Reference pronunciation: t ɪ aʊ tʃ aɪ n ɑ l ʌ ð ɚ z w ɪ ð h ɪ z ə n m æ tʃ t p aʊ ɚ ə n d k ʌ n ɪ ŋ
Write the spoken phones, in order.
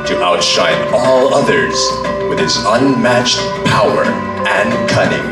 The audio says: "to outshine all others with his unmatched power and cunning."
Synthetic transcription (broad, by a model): t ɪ aʊ tʃ aɪ n ɑ l ʌ ð ɚ z w ɪ ð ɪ s ə n m æ tʃ t p aʊ ɚ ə n k ʌ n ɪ ŋ